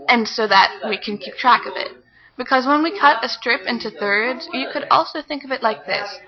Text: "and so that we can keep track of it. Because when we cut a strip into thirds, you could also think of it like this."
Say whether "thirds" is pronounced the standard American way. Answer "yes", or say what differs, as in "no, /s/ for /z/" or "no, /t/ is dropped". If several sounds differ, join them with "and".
yes